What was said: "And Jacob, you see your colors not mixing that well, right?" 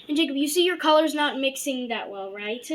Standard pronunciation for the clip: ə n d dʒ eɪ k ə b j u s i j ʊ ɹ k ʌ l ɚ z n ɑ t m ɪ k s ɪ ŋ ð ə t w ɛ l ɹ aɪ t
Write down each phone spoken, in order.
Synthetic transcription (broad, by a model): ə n dʒ eɪ k ə b j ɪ s i j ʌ ɹ k ʌ l ɚ z n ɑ t m ɪ k s ɪ ŋ ð ə t w ɛ l ɹ aɪ t